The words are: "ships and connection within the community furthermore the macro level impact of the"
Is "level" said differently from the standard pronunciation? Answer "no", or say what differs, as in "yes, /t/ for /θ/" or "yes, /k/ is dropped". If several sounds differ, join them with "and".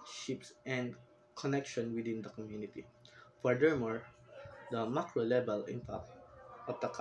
yes, /b/ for /v/